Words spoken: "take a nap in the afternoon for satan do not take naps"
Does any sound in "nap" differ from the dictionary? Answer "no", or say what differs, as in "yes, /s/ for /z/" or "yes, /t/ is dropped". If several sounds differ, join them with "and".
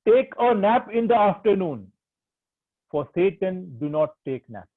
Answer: no